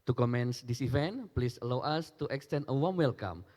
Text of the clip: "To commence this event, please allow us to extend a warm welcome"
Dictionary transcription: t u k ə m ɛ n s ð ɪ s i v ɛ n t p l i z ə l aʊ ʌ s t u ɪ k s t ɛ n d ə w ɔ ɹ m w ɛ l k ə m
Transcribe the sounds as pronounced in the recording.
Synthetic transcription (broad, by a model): t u k ə m ɛ n s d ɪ s i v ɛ n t p l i s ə l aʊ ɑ s t u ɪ k s t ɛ n ə w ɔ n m w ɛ l k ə m